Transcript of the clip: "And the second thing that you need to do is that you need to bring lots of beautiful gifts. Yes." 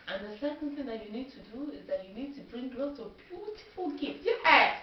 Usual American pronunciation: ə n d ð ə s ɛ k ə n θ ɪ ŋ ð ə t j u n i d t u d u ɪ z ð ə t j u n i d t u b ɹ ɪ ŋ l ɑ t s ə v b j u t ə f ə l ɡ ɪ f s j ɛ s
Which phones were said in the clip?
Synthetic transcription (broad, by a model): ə n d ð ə s ɛ k ə n θ ɪ ŋ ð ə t j u n i d t u d u ɪ z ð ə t j u n i d t u b ɹ ɪ ŋ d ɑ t ə b j u t ə f ə l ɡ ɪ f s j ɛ